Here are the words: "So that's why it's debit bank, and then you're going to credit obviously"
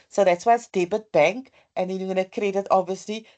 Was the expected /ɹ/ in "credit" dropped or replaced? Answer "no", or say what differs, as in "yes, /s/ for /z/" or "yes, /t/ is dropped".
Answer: no